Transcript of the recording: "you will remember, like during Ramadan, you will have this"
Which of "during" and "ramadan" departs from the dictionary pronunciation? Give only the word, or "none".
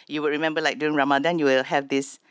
during